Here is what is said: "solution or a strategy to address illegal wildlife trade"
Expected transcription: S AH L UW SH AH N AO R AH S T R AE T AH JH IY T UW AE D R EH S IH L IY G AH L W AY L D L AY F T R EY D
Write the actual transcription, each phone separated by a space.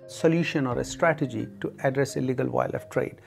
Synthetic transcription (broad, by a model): S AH L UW SH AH N AO R AH S T R AE T AH JH IY T UW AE D R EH S IH L IY G AH L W AY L L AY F T R EY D